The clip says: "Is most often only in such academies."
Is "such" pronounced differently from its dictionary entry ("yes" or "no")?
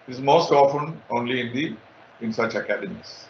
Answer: no